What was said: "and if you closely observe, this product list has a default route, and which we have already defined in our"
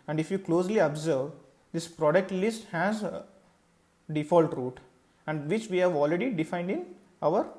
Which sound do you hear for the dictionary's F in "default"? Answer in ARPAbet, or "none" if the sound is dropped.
F